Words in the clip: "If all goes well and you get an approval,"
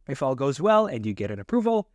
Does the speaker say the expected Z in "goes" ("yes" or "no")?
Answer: yes